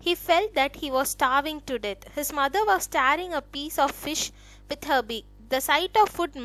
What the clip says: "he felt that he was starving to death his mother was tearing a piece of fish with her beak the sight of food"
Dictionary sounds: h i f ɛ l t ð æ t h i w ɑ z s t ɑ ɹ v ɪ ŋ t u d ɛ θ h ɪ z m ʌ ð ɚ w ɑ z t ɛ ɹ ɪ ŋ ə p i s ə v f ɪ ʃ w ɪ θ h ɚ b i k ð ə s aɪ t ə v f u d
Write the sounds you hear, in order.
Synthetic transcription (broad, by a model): h i f ɛ l t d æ t h i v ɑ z s t ɑ ɹ v ɪ ŋ t u d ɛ t h ɪ z m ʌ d ɚ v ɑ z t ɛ ɹ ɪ ŋ ə p i s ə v f ɪ ʃ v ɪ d h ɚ b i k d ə s aɪ t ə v f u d